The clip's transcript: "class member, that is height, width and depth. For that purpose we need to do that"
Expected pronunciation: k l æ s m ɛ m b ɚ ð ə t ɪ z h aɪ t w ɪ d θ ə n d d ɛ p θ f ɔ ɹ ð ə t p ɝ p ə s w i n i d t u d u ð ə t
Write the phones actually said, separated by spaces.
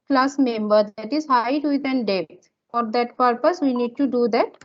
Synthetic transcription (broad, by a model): k l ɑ s m ɛ m b ɚ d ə t ɪ z h aɪ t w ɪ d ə n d d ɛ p t f ɔ ɹ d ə t p ɝ p ə s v i n i d t u d u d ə t